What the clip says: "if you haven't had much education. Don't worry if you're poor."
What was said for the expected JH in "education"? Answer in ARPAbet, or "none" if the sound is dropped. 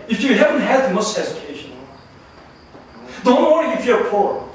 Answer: Z